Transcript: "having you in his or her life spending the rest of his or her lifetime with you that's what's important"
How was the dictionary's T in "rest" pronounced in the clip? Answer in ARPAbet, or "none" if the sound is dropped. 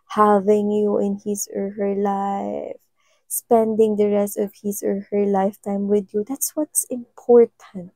T